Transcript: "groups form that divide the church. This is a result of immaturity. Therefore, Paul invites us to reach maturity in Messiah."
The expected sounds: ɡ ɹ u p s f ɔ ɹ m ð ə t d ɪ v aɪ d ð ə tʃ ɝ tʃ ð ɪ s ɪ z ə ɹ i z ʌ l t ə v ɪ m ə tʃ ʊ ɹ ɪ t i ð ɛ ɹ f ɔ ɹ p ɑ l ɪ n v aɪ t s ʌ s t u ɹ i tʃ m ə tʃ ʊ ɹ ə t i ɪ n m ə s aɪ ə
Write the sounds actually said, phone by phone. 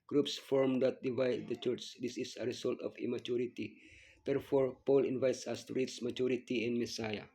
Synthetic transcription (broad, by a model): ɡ ɹ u p s f ɔ ɹ m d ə t d ɪ v aɪ d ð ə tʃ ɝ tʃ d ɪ s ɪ s ə ɹ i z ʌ l t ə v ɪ m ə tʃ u ɹ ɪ t i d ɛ ɹ f ɔ ɹ p ɑ l ɪ n v aɪ t s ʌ s t u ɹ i s m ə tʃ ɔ ɹ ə t i ɪ n m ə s aɪ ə